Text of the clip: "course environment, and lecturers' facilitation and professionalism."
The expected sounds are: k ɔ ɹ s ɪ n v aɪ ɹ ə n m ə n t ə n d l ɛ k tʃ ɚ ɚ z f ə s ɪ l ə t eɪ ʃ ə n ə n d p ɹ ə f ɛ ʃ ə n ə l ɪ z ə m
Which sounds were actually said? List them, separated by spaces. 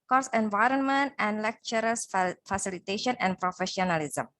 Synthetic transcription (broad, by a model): k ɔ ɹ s ɪ n v aɪ ɹ ə n m ə n t ə n d l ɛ k tʃ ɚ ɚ s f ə s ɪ l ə t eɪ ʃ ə n ə n d p ɹ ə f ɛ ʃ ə n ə l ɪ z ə m